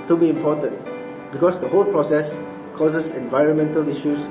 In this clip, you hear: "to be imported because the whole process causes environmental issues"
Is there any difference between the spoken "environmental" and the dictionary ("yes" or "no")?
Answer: no